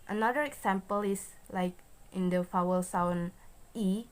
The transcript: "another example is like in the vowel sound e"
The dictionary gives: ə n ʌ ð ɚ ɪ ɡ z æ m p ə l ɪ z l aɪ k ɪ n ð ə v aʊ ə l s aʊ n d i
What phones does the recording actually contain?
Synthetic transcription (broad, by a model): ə n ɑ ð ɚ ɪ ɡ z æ m p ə l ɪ s l aɪ k ɪ n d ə f aʊ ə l s aʊ n i